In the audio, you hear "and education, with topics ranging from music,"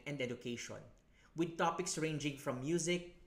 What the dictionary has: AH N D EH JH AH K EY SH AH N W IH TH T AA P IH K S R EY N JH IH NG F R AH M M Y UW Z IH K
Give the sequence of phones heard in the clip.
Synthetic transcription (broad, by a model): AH N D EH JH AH K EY SH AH N W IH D T AA P IH K S R EY N JH IH NG F R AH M M Y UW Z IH K